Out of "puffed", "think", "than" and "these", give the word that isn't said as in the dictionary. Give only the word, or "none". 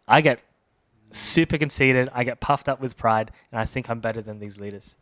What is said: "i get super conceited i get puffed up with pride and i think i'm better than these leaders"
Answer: none